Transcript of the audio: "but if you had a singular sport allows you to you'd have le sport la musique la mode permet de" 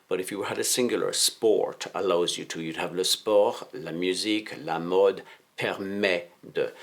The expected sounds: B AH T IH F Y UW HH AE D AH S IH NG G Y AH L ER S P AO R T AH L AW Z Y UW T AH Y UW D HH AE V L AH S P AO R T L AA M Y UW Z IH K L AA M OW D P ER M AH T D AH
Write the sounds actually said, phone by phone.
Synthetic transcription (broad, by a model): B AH T IH F Y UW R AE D AH S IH NG G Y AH L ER S P AO R T AH L AW Z Y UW T AH Y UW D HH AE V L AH S P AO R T L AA M Y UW Z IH K L AA M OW D P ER M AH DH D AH